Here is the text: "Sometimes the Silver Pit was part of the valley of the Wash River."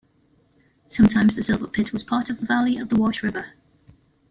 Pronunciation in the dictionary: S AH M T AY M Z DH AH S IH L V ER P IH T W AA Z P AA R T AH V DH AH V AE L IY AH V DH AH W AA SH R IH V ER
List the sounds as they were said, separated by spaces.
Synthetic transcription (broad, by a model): S AH M T AY M Z DH AH S IH L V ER P IH T W AA Z P AA T AH V DH AH V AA L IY AH V DH AH W AA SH R IH V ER